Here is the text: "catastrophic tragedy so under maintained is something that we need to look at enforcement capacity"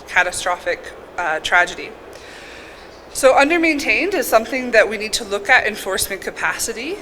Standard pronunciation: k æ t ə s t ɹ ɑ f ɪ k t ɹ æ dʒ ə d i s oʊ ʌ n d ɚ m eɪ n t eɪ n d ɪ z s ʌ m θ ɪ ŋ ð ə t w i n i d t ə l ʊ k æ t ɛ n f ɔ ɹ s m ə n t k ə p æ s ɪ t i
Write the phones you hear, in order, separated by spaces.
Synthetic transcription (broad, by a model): k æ t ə s t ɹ ɑ f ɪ k t ɹ æ dʒ ə d i s oʊ ʌ n d ɚ m eɪ n t eɪ n d ɪ z s ʌ m θ ɪ ŋ ð ə t w i n i d t ə l ʊ k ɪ t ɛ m f ɔ ɹ s m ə n k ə p æ s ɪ t i